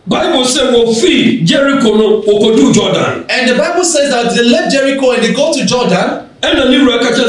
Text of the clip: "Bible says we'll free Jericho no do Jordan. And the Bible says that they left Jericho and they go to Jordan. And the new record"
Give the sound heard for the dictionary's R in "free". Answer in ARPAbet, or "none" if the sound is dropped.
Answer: none